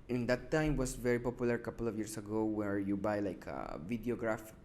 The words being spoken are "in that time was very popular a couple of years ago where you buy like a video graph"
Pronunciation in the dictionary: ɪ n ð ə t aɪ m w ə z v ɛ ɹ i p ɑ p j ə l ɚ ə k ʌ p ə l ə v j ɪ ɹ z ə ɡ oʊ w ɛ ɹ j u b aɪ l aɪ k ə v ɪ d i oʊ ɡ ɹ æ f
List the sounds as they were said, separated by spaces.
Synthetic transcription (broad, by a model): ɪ n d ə t aɪ m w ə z v ɛ ɹ i p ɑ p j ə l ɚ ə k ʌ p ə l ə v j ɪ ɹ s ə ɡ oʊ w ɛ ɹ j u b aɪ l aɪ k ə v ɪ d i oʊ ɡ ɹ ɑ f